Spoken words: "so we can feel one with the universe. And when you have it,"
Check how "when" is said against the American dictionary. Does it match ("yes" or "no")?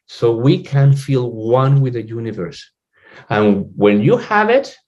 no